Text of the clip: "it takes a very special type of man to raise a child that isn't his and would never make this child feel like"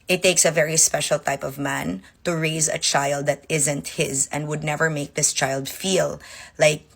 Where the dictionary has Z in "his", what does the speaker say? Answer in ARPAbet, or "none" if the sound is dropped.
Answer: Z